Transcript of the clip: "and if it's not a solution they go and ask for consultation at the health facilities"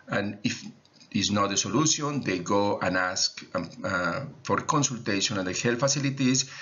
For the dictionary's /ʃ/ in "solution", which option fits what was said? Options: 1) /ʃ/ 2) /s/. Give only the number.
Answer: 2